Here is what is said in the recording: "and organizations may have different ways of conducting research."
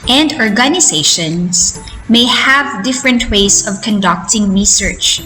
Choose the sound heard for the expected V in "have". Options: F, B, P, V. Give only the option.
V